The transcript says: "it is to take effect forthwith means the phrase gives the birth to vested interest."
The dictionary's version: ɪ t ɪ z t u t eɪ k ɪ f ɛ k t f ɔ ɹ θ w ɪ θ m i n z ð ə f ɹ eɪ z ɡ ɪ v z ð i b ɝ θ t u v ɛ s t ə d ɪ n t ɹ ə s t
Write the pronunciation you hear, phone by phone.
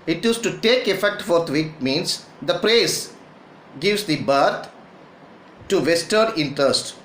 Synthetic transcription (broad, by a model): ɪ t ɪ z t u t eɪ k ɪ f ɛ k t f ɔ ɹ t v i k m i n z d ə p ɹ eɪ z ɡ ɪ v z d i b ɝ t t u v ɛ s t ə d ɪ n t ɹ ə s t